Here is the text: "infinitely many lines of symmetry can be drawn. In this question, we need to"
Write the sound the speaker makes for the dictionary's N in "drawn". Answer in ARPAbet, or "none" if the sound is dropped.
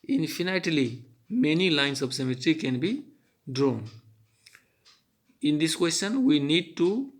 N